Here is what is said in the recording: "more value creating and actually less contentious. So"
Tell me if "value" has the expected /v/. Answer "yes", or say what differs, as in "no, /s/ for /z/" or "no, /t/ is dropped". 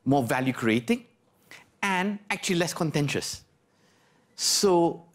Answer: yes